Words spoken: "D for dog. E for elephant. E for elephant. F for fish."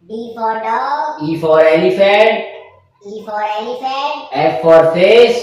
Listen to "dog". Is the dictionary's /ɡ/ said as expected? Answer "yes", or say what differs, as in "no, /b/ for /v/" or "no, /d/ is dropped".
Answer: no, /ɡ/ is dropped